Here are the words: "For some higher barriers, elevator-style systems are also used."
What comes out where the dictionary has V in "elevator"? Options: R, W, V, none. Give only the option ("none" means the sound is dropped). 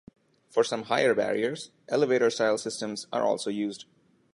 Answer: V